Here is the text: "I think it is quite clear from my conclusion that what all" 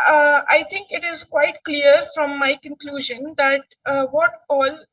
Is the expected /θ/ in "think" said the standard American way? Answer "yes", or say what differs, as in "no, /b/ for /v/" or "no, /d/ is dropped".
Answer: no, /t/ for /θ/